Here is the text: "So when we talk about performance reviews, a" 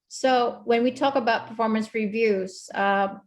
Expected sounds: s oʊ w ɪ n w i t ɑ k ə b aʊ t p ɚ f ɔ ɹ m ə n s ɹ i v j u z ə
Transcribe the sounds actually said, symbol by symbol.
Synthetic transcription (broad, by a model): s oʊ w ɪ n w i t ɑ k ə b aʊ t p ɚ f ɔ ɹ m ə n s ɹ i v j u z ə